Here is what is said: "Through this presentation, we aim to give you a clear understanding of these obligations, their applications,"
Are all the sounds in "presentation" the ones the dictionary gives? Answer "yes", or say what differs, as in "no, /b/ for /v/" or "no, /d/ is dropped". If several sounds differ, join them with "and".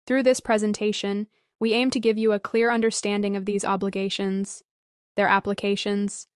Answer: yes